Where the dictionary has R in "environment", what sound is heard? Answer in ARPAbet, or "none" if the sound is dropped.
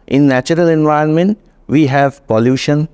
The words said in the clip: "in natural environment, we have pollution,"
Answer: none